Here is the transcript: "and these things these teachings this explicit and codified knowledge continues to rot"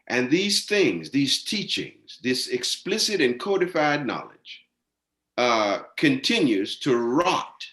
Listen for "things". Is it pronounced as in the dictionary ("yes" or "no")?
yes